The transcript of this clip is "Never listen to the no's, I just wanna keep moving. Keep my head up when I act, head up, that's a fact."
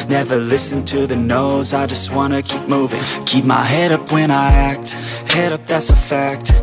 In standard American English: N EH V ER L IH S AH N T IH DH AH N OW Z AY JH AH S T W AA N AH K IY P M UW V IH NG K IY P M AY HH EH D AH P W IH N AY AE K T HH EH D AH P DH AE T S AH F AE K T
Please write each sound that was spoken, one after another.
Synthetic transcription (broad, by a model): N EH V ER L IH S AH N T IH DH AH N OW Z AY JH AH S T W AA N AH K IY P M UW V IH NG K IY P M AY HH EH D AH P W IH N AY AE K T HH EH D AH P DH AE T S AH F AE K T